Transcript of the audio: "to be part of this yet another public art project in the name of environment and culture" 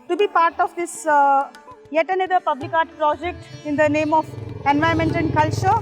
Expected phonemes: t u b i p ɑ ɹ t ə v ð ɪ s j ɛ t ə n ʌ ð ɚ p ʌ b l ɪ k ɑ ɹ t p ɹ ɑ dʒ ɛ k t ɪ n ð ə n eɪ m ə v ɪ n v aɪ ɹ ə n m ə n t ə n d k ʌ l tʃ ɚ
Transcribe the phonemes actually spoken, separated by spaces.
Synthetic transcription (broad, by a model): t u b i p ɑ ɹ t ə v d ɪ s j ɛ t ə n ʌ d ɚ p ʌ b l ɪ k ɑ ɹ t p ɹ ɑ dʒ ɛ k t ɪ n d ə n eɪ m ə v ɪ n v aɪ ə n m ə n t ə n d k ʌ l tʃ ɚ